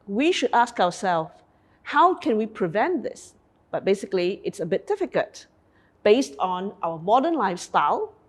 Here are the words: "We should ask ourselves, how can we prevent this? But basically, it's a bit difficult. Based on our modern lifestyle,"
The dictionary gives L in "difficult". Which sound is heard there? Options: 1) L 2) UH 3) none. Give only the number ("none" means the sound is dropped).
3